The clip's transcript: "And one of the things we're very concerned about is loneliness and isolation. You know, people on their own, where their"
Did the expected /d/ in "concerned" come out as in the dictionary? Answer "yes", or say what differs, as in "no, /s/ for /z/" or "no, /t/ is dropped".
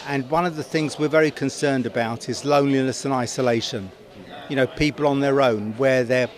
yes